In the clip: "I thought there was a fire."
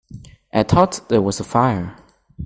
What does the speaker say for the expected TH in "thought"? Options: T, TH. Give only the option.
T